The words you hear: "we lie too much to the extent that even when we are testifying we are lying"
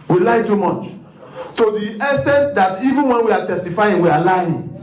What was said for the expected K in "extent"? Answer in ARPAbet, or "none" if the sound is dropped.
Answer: none